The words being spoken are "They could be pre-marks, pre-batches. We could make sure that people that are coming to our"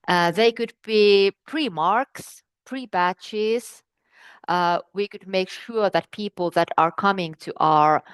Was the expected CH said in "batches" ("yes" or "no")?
yes